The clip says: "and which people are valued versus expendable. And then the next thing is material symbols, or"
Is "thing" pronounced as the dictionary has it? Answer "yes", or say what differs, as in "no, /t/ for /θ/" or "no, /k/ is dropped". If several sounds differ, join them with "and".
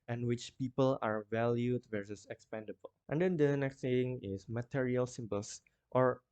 no, /s/ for /θ/